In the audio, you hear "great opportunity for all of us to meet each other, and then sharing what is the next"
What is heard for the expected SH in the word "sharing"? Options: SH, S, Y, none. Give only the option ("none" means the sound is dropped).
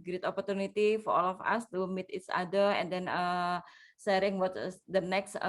S